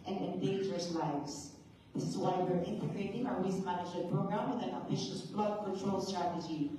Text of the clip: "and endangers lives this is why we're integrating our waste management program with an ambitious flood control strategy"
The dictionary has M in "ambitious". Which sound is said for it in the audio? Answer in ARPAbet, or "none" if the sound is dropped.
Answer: none